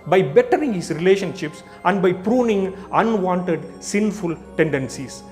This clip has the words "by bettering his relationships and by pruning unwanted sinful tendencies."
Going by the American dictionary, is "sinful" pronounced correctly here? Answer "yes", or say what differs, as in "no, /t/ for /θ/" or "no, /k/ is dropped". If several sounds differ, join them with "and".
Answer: yes